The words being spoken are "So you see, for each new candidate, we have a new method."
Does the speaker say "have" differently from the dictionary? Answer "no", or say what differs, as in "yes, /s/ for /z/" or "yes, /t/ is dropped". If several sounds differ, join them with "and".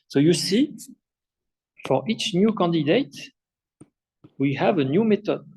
no